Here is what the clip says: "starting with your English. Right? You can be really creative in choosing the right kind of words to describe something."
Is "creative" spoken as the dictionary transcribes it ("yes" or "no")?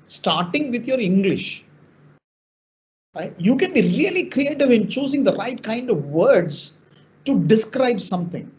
yes